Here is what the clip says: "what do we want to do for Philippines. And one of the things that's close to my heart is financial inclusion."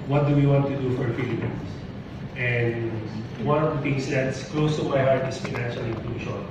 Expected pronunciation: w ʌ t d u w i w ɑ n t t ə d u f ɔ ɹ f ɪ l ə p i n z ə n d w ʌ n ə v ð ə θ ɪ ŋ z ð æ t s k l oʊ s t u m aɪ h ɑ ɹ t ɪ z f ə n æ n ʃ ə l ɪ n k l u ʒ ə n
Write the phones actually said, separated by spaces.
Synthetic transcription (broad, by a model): w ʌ t d u w i w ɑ n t t ə d u f ɔ ɹ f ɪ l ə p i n s ə n d w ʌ n ə v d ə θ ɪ ŋ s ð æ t s k l oʊ s t u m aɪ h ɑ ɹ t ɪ s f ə n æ n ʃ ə l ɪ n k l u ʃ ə n